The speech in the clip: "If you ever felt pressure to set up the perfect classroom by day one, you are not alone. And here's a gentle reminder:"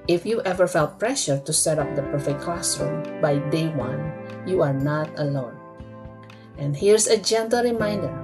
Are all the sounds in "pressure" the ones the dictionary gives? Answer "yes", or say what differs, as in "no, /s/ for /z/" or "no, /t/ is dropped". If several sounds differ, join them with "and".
yes